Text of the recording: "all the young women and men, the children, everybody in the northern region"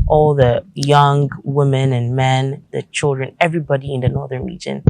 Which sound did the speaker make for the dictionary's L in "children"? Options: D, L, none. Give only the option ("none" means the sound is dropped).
L